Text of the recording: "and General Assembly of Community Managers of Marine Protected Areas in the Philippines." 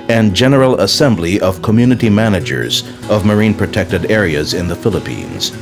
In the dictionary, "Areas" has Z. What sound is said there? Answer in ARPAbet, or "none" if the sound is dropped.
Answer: Z